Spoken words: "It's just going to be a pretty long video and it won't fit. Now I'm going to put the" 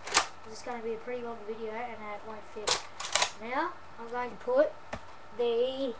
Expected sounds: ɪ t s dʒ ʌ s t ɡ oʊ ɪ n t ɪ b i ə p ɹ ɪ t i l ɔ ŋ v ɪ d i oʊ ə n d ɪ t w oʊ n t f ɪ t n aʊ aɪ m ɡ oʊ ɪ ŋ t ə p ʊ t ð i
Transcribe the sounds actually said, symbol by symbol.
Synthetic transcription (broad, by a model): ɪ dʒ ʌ s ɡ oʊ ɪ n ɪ b i ə p ɹ ɪ t i w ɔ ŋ v ɪ d i oʊ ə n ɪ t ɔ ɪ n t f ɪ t n aʊ aɪ m ɡ oʊ ɪ ŋ t ə p ʊ t ð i